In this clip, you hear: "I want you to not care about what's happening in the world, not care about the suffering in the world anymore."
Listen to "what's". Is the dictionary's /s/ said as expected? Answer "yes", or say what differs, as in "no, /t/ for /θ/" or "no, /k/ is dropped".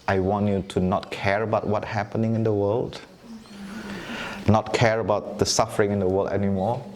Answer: no, /s/ is dropped